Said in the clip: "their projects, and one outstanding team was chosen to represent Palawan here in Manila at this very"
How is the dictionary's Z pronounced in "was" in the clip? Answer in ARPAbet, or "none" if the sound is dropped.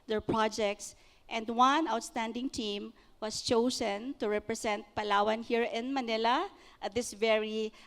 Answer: S